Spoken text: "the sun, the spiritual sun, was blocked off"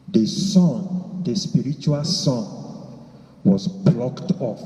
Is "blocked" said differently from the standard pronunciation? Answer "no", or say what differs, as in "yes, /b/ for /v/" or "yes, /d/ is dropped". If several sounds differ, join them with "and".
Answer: no